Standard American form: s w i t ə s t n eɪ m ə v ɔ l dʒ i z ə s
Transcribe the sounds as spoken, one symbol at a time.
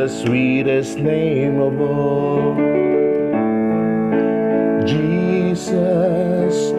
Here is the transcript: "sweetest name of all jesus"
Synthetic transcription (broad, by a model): s w i t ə s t n eɪ m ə b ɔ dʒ i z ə s